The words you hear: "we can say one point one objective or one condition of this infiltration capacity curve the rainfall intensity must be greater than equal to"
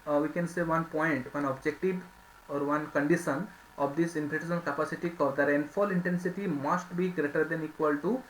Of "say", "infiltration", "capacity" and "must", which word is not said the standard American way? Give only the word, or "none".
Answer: infiltration